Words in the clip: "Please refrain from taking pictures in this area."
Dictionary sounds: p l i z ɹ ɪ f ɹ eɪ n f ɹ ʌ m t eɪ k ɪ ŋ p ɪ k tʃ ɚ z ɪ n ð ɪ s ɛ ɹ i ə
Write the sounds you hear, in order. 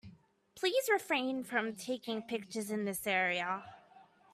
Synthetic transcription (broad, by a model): p l i z ɹ ɪ f ɹ eɪ n f ɹ ʌ m t eɪ k ɪ ŋ p ɪ k tʃ ɚ z ɪ n ð ɪ s ɛ ɹ i ə